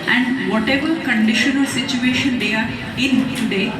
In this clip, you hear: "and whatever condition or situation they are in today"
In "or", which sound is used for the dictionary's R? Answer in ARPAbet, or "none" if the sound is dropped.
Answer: L